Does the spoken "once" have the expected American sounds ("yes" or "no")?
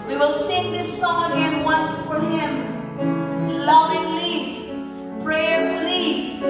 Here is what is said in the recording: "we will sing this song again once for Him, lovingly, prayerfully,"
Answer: yes